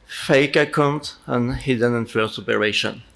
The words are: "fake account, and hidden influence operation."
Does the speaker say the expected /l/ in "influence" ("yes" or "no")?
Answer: no